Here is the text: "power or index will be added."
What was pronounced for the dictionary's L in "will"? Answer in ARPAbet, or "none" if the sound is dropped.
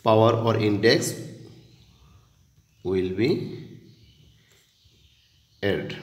L